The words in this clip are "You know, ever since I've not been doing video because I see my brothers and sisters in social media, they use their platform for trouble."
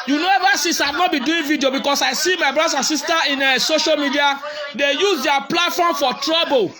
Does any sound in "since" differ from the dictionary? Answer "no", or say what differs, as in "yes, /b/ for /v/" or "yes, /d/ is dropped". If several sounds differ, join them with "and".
yes, /n/ is dropped